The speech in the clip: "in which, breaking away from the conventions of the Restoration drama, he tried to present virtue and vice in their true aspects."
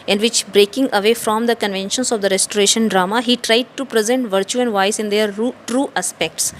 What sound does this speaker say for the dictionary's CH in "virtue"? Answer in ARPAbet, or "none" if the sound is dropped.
CH